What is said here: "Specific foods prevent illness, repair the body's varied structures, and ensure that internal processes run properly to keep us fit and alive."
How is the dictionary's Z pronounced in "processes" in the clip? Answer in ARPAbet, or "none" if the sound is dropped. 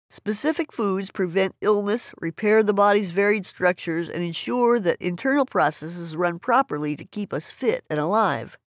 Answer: Z